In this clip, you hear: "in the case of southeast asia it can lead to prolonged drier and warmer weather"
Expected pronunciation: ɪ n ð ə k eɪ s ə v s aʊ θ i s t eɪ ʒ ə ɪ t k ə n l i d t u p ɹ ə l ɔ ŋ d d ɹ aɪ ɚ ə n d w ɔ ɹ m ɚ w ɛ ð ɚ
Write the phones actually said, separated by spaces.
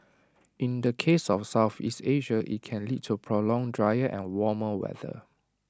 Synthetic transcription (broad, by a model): ɪ n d ə k eɪ s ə f s aʊ θ i s t eɪ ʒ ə ɪ t k ə n l i d t u p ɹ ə l ɔ ŋ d d ɹ aɪ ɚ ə n w ɔ m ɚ w ɛ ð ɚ